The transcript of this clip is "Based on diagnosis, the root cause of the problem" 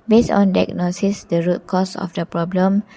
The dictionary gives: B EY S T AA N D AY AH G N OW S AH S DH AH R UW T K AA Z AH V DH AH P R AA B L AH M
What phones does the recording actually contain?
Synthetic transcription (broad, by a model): B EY S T AA N D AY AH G N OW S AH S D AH R UW T K AA S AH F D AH P R AA B L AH M